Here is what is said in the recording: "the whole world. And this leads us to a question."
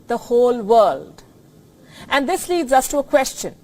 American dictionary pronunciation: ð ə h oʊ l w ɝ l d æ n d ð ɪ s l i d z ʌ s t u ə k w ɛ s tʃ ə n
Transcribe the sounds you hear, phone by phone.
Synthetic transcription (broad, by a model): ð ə h oʊ l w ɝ l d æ n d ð ɪ s l i d z ʌ s t u ə k w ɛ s tʃ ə n